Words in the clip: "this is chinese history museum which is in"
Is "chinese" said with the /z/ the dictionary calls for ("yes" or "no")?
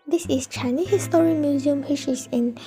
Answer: no